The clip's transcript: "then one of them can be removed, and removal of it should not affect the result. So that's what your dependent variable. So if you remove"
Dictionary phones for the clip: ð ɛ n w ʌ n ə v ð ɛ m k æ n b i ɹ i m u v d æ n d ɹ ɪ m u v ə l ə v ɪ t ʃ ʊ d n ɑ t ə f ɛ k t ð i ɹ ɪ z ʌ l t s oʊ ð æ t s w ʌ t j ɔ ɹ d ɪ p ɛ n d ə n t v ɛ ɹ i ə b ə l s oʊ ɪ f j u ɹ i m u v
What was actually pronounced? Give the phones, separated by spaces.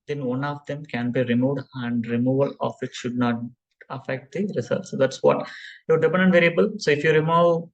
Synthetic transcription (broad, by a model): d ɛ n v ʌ n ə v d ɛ m k æ n b i ɹ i m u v d æ n d ɹ ɪ m u v ə l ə f ɪ t ʃ ʊ d n ɑ t ə f ɛ k t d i ɹ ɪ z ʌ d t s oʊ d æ t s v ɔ t j ɔ ɹ d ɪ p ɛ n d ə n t v ɛ ɹ i ə b ə l s oʊ ɪ f j u ɹ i m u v